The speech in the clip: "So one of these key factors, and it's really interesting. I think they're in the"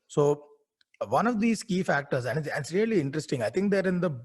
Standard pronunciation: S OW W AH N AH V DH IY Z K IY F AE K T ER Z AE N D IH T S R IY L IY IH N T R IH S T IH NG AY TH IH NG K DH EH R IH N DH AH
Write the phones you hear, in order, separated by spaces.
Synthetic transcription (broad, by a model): S OW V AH N AH V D IY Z K IY F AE K T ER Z AE N D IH S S R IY L IY IH N T R IH S T IH NG AY T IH NG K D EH R IH N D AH